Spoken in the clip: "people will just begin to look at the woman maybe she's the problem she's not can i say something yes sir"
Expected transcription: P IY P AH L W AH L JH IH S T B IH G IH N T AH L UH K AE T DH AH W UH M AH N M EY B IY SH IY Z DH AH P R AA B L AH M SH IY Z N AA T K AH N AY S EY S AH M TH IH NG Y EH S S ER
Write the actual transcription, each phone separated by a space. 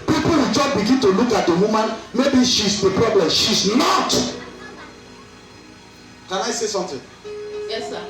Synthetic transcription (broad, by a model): P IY P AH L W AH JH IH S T B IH G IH N T AH L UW K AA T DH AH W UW M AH N M EY B IY SH IY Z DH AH P R AA B L AH M SH IY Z N AA T K AH N AY S EY S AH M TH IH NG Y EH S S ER